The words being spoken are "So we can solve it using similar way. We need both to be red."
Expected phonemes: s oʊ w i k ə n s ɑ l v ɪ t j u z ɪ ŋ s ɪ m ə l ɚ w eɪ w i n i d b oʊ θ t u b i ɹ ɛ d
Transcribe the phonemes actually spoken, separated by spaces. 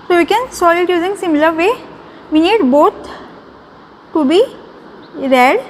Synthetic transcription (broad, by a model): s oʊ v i k ə n s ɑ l ɪ t j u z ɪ ŋ s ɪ m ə l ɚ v eɪ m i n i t b oʊ t t u b i ɹ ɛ d